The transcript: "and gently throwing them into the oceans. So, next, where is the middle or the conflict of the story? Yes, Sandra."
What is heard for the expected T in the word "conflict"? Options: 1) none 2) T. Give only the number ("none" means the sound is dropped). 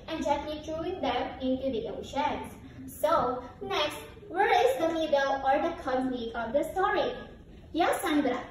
1